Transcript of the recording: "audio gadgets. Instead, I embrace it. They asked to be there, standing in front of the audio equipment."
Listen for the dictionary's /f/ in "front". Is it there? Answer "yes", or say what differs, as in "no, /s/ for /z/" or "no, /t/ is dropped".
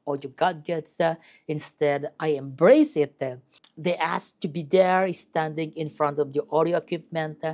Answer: yes